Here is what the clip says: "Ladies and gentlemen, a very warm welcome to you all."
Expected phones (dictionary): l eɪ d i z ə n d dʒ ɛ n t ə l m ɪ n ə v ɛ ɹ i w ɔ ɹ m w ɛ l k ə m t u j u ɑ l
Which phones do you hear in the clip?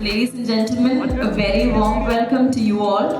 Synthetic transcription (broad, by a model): l eɪ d i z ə n dʒ ɛ n t ə l m ɪ n ə v ɛ ɹ i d ɔ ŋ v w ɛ l k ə m t u j u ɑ l